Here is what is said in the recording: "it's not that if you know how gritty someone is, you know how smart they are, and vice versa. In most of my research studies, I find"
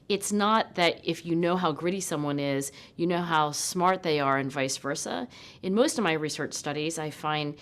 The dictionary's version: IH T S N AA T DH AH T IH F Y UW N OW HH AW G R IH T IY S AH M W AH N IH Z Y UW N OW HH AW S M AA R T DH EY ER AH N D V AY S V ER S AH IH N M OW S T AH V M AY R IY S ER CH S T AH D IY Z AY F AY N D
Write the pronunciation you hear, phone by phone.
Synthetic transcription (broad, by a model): IH T S N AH T DH AH T IH F Y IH N OW HH AW G R IH T IY S AH M W AH N IH Z Y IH N OW HH AW S M AA R T DH EY ER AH N V AY S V ER S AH IH N M OW S T AH V M AY R IY S ER CH S T AH D IY Z AY F AY N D